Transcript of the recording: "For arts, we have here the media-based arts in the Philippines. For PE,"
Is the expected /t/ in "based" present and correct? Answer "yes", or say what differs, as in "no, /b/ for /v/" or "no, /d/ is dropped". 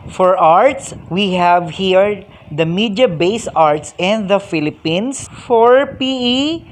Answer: no, /t/ is dropped